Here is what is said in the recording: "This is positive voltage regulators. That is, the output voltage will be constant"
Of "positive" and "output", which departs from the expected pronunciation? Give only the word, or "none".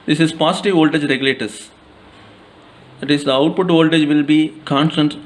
positive